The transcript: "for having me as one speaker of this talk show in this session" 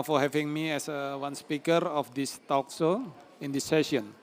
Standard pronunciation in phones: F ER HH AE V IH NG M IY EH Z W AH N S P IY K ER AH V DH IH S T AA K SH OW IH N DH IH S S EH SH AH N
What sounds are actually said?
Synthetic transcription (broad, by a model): F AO HH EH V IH NG M IY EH S W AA N S P IY K ER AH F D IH S T AA K S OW IH N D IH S S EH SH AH N